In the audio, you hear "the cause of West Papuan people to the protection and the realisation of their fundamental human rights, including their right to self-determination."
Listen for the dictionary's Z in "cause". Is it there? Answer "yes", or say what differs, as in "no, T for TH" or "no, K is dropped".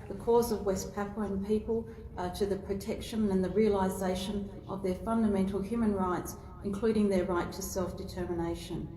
yes